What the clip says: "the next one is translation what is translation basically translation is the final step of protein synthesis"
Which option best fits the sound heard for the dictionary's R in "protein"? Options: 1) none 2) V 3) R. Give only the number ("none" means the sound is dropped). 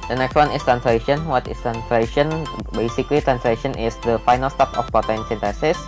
1